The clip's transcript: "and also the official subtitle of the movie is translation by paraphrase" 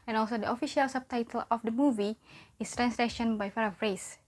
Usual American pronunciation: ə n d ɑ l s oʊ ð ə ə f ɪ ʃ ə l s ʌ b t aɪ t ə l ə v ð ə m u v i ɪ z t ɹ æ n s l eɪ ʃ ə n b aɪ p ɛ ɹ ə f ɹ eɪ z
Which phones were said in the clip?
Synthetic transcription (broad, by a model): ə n ɑ l s oʊ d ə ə f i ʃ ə l s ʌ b t aɪ t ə l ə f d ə m u v i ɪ s t ɹ æ n s l eɪ ʃ ə n b aɪ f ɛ ɹ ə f ɹ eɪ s